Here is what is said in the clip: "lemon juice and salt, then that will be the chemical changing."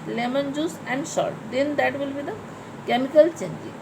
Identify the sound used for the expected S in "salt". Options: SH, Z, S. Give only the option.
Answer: SH